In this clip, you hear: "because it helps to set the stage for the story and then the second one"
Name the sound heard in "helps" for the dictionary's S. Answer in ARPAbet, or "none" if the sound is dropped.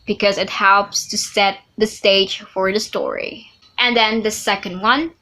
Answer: S